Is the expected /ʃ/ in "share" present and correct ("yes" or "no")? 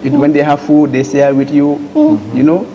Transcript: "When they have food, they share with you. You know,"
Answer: no